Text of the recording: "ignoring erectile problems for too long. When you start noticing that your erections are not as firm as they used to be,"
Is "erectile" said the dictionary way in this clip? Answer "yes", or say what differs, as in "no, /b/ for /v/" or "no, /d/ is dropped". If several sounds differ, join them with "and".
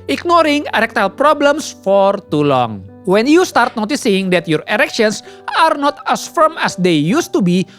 yes